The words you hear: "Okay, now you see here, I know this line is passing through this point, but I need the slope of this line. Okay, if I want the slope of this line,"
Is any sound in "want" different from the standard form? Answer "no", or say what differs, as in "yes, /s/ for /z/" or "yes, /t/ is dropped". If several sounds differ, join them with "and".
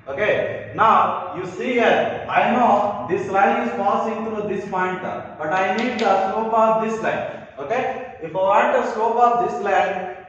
yes, /n/ is dropped